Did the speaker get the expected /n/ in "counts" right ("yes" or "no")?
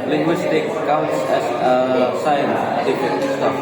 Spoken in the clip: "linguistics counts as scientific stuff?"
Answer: yes